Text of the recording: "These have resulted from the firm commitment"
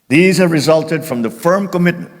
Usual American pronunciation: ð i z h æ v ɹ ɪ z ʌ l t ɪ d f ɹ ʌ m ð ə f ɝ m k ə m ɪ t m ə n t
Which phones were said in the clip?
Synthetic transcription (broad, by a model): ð i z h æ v ɹ ɪ z ʌ l t ɪ d f ɹ ʌ m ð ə f ɝ m k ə m ɪ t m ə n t